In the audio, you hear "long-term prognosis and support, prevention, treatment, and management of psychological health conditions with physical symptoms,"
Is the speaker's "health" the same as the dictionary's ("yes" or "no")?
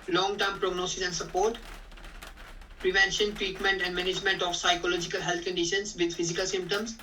no